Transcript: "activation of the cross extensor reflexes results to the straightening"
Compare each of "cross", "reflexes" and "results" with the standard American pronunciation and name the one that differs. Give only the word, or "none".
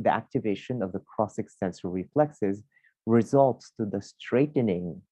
none